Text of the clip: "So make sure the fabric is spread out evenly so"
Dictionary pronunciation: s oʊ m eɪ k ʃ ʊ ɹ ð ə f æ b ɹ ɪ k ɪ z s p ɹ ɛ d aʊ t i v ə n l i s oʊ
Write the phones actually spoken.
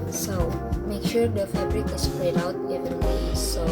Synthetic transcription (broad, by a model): s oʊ m eɪ k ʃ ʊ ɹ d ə f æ b ɹ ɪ k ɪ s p ɹ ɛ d aʊ t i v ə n w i s oʊ